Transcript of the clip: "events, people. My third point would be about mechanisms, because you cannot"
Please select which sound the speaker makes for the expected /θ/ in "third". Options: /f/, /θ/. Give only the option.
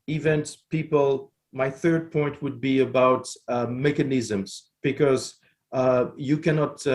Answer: /θ/